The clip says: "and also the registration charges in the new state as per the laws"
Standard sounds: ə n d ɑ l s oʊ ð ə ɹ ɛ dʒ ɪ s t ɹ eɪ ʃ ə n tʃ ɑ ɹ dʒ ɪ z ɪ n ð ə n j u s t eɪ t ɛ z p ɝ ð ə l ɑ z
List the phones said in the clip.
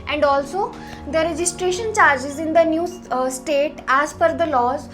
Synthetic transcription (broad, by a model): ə n d ɑ l s oʊ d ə ɹ ɛ dʒ ɪ s t ɹ eɪ ʃ ə n tʃ ɑ ɹ dʒ ɪ z ɪ n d ə n j u s t eɪ t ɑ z f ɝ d ə l ɑ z